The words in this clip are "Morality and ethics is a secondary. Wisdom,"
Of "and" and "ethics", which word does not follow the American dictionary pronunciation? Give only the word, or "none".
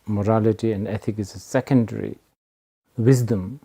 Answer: ethics